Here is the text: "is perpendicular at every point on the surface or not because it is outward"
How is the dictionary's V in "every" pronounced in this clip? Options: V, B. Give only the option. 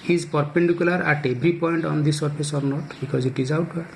B